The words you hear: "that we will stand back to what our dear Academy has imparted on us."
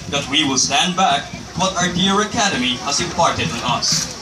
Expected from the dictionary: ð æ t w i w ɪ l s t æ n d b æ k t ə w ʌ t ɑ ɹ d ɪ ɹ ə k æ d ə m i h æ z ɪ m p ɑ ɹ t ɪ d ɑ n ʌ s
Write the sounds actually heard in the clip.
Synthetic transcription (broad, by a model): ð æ t w i w ɪ l s t æ n d b æ k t w ʌ t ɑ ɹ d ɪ ɹ ə k æ d ə m i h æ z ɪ p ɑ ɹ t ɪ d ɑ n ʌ s